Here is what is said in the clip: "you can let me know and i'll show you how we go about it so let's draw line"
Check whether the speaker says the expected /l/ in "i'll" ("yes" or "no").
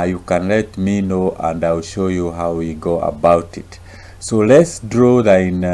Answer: yes